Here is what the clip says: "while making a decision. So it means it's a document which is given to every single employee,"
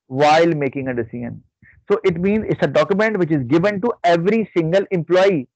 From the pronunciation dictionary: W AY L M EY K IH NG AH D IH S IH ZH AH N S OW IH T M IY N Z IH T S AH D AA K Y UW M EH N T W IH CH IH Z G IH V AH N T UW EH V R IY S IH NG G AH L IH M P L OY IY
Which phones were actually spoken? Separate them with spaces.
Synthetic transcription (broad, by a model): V AY L M EY K IH NG AH D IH S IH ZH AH N S OW IH T M IY N Z IH T S AH D AA K Y UW M EH N T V IH CH IH Z G IH V AH N T UW EH V R IY S IH NG G AH L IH M P L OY IY